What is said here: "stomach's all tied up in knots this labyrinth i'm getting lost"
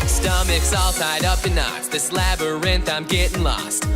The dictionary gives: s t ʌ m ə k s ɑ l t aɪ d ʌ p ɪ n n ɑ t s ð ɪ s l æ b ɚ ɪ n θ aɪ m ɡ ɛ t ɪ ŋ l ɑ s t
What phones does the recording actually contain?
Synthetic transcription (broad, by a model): s t ʌ m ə k s ɑ l t aɪ d ʌ p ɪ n n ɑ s ð ɪ s l æ b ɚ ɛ n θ aɪ m ɡ ɛ t ɪ ŋ l ɑ s t